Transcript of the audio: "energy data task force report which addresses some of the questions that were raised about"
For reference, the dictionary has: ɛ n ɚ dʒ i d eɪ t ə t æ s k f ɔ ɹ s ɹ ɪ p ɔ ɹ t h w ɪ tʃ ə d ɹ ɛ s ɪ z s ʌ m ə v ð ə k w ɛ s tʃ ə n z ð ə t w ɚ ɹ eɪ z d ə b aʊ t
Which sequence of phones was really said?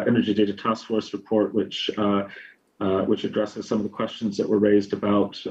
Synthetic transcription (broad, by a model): ɛ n ɚ dʒ i d eɪ t ə t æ s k f ɔ ɹ s ɹ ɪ p ɔ ɹ t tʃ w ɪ tʃ ə d ɹ ɛ s ɪ z s ʌ m ə v ð ə k w ɛ s tʃ ə n z ð ə t w ɚ ɹ eɪ z d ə b aʊ t